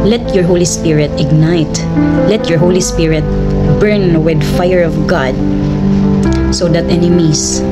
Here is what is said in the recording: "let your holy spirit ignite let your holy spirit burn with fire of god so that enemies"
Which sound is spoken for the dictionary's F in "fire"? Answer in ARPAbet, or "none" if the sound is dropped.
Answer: F